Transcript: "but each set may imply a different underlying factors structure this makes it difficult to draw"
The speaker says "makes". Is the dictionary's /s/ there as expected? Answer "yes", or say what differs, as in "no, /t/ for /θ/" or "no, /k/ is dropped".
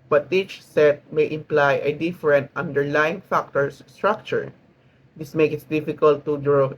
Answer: no, /s/ is dropped